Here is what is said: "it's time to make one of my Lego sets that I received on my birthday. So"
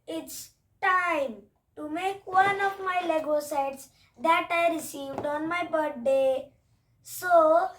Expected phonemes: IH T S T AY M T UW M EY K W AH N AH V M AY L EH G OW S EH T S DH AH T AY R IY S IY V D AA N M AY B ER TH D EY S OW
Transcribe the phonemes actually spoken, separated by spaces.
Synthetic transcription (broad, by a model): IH T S T AY M T UW M EY K W AH N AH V M AY L EH G OW S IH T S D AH T AY R IY S IY V D AA N M AY B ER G D EY S OW